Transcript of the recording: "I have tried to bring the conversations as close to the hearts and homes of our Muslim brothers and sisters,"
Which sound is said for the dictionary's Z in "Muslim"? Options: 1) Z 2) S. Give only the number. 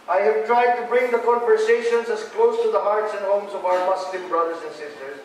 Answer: 2